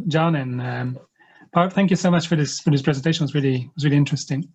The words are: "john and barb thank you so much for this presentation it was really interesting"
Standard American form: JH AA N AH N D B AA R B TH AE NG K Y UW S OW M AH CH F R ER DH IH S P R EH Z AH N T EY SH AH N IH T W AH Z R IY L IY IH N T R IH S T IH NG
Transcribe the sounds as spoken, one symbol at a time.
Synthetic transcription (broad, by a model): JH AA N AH N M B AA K TH AE NG K Y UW S OW M AH CH F R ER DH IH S P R EH Z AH N T EY SH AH N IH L W AH Z R IY L IY IH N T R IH S T IH NG